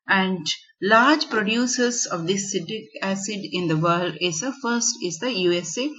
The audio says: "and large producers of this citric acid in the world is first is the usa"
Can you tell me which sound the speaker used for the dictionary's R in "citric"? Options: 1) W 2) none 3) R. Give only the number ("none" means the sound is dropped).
2